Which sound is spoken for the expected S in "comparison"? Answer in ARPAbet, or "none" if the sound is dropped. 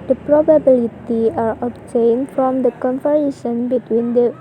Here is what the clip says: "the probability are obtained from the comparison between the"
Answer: SH